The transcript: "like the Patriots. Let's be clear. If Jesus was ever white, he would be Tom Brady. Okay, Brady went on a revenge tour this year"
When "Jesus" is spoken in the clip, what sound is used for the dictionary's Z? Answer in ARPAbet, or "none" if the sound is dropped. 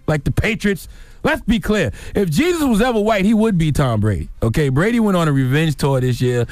Z